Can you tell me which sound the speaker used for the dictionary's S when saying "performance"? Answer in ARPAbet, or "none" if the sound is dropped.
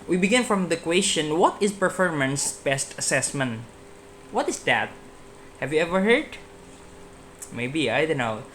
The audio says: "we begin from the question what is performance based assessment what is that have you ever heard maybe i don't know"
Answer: S